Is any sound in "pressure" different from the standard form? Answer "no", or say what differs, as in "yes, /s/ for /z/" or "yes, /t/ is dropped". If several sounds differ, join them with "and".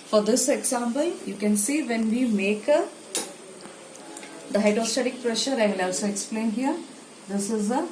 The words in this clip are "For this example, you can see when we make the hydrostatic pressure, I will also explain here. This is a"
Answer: no